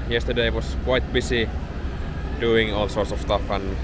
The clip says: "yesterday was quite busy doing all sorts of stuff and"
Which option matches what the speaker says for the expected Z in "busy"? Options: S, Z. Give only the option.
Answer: S